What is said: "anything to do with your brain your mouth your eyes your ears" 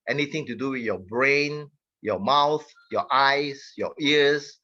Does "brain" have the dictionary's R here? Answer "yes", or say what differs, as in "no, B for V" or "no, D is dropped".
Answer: yes